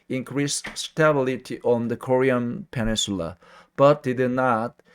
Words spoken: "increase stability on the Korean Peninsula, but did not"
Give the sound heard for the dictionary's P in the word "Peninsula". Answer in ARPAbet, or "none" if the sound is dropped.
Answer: P